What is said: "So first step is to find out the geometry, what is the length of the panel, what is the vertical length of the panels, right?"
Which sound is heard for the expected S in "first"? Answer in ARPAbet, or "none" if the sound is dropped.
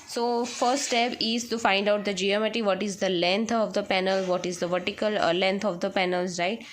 none